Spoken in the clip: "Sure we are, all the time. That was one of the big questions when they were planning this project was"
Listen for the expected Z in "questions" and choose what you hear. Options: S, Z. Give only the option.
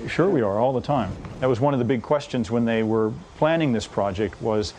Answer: Z